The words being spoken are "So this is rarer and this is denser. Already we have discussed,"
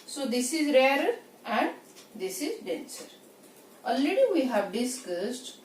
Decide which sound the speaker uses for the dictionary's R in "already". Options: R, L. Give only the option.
L